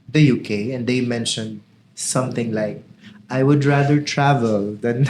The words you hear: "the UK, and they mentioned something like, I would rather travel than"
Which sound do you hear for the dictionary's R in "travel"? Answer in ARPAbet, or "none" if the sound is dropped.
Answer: R